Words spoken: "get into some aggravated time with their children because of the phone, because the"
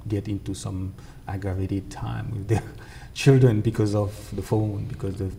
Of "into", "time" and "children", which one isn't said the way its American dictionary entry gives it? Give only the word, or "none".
none